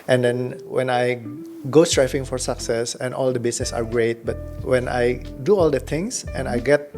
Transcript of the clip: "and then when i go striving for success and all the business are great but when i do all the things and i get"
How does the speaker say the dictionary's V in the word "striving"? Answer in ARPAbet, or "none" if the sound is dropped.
F